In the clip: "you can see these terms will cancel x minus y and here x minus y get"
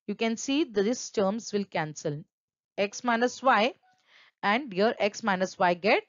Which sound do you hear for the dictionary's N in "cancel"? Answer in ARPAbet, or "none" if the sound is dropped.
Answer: N